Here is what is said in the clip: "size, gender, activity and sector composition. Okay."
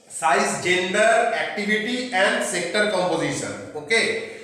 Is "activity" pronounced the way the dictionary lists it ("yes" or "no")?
no